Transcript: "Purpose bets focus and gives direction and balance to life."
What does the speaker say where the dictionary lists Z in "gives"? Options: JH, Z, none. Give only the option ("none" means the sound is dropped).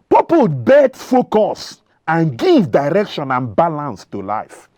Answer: none